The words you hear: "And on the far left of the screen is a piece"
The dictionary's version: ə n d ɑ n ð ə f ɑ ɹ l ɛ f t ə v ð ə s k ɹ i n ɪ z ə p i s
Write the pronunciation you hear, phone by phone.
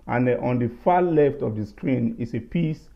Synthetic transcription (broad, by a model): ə n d ɑ n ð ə f ɑ l ɛ f t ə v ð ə s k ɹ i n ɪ s ə p i s